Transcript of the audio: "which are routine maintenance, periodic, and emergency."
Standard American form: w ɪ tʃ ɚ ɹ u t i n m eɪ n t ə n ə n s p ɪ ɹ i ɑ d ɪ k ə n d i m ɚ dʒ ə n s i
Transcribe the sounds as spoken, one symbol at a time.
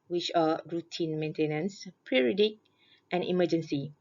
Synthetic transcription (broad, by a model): w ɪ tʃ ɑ ɹ u t i n m eɪ n t ə n ə n s p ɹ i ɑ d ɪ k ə n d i m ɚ dʒ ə n s i